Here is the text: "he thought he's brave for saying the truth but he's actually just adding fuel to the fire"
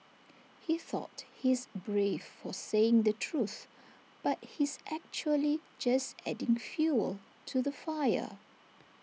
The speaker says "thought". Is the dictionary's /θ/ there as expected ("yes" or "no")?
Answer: yes